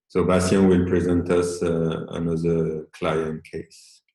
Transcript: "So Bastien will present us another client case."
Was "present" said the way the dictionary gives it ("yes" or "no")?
yes